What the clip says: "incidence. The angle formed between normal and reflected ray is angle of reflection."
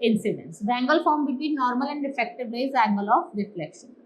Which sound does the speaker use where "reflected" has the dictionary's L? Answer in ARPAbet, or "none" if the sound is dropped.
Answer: none